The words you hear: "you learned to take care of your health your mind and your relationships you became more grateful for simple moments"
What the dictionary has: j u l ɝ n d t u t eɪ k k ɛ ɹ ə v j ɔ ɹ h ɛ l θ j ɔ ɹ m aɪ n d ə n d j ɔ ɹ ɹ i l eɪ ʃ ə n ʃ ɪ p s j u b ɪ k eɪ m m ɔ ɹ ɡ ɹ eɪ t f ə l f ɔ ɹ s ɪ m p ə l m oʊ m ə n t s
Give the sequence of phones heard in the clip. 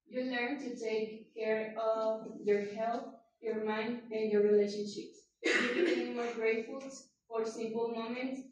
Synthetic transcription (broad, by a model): j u l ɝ n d t u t eɪ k k ɛ ɹ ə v j ɔ ɹ h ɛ l t j ɔ ɹ m aɪ n d ə n d j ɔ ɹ ɹ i l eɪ ʃ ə n ʃ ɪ p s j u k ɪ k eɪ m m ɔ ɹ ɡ ɹ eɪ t f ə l f ɔ ɹ s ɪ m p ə l m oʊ m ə n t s